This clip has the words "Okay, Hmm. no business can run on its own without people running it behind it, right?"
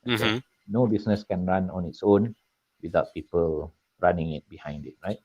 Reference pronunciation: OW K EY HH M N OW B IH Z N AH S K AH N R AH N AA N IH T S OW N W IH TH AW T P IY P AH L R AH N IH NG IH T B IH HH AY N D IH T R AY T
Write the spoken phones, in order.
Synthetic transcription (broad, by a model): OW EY N OW B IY S N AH S K AH N R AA N AA N IH T S OW N W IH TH AW T P IY P AH L R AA N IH NG IH T B IH HH AY N D IH T R AY T